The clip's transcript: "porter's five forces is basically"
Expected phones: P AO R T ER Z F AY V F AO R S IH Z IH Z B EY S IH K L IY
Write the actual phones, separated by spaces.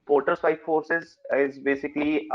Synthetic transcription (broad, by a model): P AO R T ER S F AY F AO R S IH Z IH Z B EY S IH K L IY